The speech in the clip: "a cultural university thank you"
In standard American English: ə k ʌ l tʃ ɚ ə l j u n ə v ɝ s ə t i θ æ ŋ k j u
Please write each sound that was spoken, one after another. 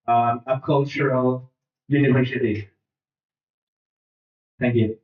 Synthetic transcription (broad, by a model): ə k ʌ l tʃ ɚ ə l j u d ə p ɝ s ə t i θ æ ŋ k j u